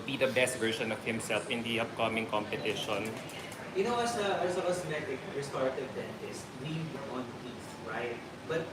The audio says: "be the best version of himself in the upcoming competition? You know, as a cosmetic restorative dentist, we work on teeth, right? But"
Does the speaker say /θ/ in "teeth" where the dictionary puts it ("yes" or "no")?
no